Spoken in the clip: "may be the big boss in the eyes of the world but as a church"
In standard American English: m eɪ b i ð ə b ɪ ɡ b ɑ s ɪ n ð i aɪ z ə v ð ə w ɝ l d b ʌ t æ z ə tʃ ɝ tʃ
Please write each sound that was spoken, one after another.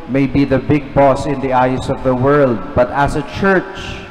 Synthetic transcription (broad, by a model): m eɪ b i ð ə b ɪ ɡ b ɑ s ɪ n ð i aɪ s ə v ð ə w ɝ l d b ʌ t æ s ə tʃ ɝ tʃ